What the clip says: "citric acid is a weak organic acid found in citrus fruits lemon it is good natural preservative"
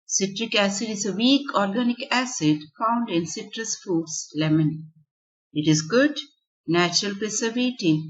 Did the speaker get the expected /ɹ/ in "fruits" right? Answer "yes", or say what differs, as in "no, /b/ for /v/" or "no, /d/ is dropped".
no, /ɹ/ is dropped